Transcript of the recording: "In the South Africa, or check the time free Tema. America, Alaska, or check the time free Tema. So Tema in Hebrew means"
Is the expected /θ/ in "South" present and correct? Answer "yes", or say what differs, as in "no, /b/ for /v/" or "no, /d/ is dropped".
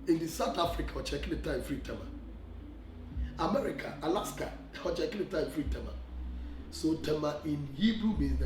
no, /t/ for /θ/